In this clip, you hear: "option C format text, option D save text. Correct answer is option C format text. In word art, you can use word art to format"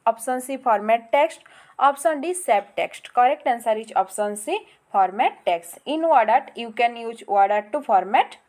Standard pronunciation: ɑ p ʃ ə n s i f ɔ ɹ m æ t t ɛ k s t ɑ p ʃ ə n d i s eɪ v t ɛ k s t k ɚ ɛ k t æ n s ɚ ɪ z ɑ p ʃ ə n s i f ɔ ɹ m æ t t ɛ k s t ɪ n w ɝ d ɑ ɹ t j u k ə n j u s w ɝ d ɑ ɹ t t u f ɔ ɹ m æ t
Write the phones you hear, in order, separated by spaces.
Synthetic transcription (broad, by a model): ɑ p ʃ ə n s i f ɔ ɹ m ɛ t t ɛ k s t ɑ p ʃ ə n d i s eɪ p t ɛ k s t k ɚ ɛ k t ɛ n s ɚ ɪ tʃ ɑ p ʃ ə n s i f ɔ ɹ m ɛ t t ɛ k s t ɪ n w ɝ d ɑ ɹ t j u k ə n j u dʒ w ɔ d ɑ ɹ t t u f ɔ ɹ m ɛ t